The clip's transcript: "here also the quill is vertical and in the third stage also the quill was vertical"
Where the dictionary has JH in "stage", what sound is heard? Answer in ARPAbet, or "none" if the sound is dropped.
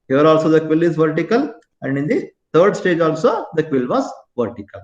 JH